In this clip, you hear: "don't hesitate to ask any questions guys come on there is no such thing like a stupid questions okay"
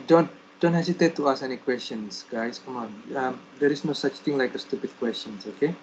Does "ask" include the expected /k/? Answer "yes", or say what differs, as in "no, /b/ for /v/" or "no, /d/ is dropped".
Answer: no, /k/ is dropped